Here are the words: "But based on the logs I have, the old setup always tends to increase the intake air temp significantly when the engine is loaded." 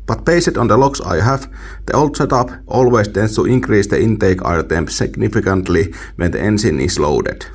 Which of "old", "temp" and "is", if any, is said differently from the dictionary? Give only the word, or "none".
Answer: is